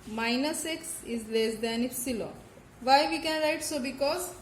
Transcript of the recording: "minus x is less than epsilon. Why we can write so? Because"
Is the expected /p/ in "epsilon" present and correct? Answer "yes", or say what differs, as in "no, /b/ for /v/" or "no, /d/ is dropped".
no, /f/ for /p/